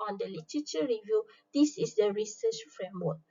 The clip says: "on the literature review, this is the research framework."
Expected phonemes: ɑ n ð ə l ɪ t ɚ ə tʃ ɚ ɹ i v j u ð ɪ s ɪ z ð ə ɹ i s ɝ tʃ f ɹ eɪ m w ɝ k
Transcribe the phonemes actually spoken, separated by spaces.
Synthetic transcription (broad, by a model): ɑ n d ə l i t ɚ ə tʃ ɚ ɹ i v j u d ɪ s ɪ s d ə ɹ i s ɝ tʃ f ɹ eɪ m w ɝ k